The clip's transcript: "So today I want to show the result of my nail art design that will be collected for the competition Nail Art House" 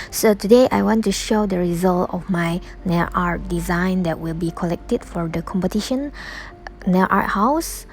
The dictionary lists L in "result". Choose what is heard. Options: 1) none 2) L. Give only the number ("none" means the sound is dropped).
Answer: 2